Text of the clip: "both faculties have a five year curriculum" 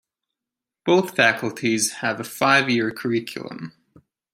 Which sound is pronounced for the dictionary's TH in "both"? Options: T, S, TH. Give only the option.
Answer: TH